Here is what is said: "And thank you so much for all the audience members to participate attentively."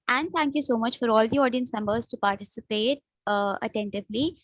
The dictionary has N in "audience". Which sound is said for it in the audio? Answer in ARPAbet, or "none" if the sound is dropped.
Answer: N